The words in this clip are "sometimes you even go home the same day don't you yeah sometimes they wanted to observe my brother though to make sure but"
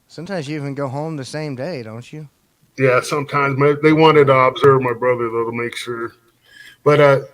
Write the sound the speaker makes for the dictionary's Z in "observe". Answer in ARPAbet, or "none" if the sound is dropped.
Z